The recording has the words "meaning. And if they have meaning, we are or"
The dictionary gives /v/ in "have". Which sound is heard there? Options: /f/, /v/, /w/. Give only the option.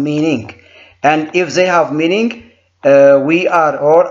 /v/